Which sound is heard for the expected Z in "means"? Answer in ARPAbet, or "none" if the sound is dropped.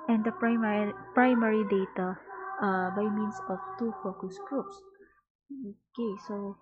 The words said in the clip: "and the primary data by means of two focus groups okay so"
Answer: S